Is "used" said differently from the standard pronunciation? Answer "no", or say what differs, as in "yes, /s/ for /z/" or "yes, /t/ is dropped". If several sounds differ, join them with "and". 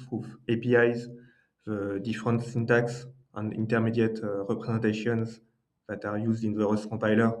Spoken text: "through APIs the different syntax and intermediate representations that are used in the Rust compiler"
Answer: no